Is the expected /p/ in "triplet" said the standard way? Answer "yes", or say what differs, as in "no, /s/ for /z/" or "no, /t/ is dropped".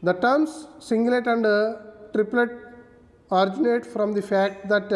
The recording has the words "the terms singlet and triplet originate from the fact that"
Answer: yes